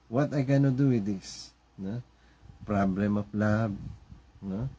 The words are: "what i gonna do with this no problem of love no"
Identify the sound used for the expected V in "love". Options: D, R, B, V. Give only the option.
B